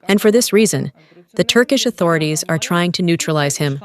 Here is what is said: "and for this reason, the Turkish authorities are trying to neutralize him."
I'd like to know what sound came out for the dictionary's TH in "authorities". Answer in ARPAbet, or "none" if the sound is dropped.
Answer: TH